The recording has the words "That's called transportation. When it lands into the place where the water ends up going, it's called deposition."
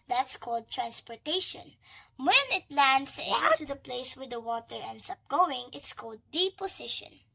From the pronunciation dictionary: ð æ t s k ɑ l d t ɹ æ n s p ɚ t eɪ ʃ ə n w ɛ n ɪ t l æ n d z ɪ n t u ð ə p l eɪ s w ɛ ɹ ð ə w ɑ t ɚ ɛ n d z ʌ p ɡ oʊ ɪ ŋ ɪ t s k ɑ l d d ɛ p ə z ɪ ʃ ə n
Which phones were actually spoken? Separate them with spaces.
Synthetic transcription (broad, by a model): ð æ t s k ɑ l d t ɹ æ n s p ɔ t eɪ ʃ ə n w ɛ n ɪ t l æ n d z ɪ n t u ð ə p l eɪ s w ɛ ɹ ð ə w ɑ t ɚ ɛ n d s ʌ p ɡ oʊ ɪ ŋ ɪ t s k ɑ l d d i p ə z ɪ ʃ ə n